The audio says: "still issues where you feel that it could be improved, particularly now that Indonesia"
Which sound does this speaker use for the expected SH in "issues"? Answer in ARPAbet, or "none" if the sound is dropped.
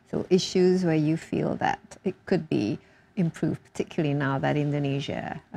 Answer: SH